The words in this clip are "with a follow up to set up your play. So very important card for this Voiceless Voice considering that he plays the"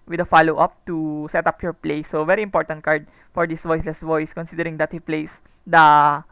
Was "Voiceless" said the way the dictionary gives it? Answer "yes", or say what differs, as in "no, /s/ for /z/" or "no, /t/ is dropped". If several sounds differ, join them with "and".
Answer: yes